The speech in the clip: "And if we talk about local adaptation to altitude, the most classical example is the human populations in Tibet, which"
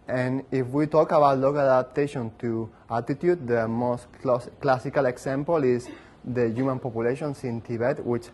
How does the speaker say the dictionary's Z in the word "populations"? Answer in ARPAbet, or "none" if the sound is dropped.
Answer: S